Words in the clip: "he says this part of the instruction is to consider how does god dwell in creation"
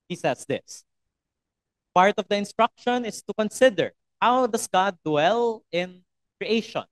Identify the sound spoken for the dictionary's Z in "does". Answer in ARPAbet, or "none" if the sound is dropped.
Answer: S